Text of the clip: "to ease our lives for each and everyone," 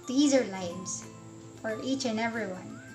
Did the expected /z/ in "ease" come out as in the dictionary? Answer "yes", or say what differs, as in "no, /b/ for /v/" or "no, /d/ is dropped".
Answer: yes